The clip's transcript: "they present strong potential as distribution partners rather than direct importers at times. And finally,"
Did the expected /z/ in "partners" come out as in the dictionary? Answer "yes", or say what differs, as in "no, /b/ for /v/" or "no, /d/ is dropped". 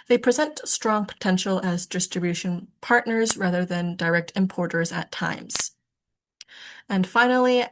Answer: yes